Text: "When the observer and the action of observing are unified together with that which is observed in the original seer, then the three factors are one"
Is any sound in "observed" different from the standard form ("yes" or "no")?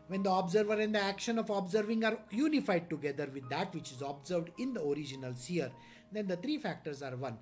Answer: no